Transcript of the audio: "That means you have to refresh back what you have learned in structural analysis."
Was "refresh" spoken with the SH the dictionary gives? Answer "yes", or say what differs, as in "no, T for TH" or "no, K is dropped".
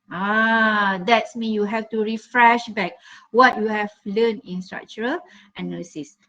yes